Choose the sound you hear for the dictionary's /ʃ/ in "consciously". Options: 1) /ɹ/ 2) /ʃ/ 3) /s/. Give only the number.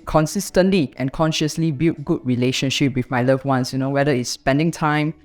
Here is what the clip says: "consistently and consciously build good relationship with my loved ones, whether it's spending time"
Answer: 2